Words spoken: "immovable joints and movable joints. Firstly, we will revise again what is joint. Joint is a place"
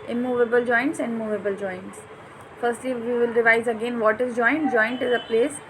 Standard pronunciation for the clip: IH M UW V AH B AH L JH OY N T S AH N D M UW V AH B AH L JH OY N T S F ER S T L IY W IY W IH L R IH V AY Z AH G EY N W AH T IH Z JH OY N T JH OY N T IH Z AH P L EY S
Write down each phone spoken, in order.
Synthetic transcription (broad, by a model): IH M UW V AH B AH L JH OY N T S AH N D M UW V AH B AH L JH OY N T S F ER S T L IY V IY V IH L R IH V AY Z AH G EY N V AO T IH Z JH OY N T JH OY N T IH Z AH P L EY S